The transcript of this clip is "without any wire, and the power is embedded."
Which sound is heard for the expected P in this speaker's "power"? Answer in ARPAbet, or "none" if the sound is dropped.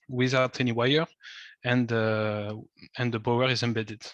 B